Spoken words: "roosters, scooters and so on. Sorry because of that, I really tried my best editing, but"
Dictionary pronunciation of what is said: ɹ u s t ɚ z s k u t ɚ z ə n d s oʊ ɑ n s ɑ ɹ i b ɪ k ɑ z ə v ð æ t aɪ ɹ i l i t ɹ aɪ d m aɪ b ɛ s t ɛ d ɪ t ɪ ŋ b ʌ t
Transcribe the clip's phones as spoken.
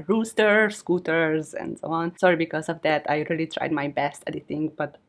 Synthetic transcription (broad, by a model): ɹ u s t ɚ s k u t ɚ z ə n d s oʊ ɑ n s ɑ ɹ i b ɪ k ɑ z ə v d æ t aɪ ɹ i l i t ɹ aɪ d m aɪ b ɛ s t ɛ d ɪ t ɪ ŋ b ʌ t